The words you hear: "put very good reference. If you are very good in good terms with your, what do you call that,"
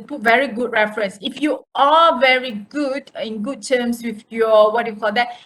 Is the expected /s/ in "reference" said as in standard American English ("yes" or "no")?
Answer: yes